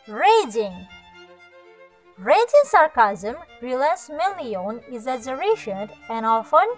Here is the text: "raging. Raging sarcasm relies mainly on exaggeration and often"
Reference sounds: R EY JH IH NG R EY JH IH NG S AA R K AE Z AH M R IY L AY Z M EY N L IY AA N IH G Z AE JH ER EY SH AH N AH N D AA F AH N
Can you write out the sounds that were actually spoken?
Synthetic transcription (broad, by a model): R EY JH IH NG R EY JH IH NG S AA R K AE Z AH M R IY L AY S M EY L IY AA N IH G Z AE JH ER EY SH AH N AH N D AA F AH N